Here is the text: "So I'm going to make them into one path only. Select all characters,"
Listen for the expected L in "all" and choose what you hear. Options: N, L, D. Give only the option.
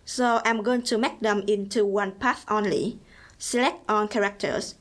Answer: N